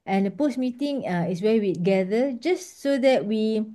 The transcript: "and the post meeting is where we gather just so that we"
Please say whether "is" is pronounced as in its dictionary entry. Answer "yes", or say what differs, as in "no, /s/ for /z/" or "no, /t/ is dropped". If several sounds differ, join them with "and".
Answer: no, /s/ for /z/